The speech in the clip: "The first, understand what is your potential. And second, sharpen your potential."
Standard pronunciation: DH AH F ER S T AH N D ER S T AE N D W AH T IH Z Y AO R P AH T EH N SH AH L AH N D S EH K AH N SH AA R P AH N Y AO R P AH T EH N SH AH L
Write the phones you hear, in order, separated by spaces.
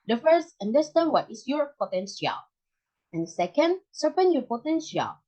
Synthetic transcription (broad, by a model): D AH F ER S T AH N D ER S T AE N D W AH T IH S Y AO R P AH T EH N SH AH L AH N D S EH K AH N S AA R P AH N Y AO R P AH T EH N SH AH L